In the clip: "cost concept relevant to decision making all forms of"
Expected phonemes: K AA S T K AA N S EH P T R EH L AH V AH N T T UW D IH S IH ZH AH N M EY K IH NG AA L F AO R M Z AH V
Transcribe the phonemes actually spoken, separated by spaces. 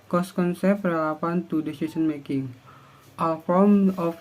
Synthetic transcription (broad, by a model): K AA S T K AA N S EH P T R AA L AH P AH N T T UW D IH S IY S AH N M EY K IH NG AA L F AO M AH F